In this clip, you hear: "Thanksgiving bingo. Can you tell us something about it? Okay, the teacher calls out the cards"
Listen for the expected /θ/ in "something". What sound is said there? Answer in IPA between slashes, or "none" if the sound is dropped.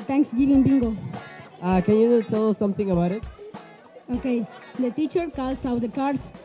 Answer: /t/